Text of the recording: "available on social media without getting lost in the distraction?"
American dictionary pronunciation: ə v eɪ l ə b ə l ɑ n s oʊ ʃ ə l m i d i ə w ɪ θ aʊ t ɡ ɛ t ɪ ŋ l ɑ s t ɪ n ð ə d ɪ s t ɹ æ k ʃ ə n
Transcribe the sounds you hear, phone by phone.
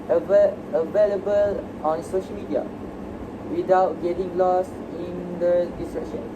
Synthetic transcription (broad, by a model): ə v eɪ l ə b ə l ɑ n s oʊ ʃ ə l m i d i ə w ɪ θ aʊ t ɡ ɛ t ɪ ŋ l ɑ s ɪ n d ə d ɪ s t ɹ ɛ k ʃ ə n